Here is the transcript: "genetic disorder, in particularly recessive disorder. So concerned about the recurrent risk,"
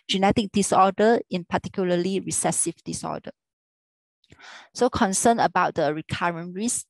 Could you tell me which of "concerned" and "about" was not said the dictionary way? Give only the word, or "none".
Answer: concerned